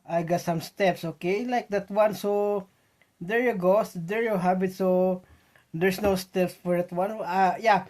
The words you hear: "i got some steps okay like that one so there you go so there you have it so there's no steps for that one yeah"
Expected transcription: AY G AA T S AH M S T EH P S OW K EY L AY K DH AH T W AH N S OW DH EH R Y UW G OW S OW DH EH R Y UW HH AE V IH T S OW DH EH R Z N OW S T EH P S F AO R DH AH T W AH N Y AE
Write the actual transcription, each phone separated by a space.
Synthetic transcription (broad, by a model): AY G AA T S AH M S T EH P S OW K EY L AY K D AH T W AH N S OW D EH R Y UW G OW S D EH R Y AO HH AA B IH T S OW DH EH R S N OW S T EH P S F AO R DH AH T W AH N Y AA